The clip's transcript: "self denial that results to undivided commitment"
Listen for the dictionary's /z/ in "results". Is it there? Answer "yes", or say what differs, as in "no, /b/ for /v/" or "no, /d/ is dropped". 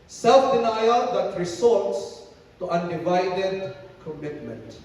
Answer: no, /s/ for /z/